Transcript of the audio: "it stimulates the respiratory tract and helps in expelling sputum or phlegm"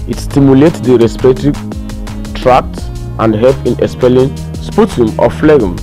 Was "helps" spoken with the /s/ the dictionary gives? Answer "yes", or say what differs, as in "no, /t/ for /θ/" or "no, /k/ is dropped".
no, /s/ is dropped